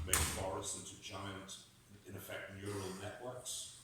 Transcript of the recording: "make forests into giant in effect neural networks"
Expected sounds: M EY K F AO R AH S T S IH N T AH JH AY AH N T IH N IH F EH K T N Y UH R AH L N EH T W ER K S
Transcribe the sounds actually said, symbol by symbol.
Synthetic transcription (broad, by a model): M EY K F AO R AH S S IH N T AH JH AY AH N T IH N IH F EH K T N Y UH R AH L N EH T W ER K S